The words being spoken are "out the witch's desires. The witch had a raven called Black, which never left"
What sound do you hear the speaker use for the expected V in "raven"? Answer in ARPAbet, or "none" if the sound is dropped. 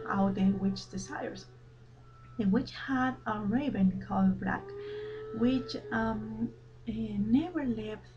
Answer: B